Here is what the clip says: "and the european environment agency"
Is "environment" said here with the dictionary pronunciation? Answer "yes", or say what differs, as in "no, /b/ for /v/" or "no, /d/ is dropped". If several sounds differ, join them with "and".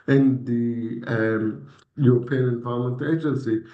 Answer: no, /ɹ/ is dropped and /l/ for /n/